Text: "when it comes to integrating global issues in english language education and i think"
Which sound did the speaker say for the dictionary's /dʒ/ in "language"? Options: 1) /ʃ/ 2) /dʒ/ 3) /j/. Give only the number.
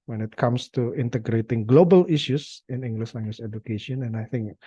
1